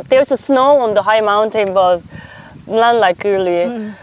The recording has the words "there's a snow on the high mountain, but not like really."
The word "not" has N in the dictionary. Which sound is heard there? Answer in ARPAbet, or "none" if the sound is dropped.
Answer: L